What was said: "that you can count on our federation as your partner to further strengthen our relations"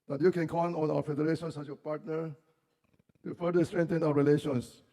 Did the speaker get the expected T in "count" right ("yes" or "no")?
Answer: no